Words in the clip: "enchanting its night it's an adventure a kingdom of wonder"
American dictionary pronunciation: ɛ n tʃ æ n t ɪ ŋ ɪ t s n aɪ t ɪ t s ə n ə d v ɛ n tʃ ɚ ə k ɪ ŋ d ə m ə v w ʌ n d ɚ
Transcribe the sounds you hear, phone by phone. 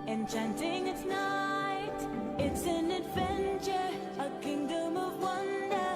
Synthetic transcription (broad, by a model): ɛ n tʃ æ n t ɪ ŋ ɪ t s n aɪ t ɪ t s ə n ə d v ɛ n tʃ ɚ ə k ɪ ŋ d ə m ə v w ʌ n d ɚ